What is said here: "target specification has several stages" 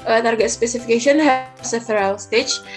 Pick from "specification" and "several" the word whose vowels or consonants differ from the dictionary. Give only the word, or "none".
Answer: several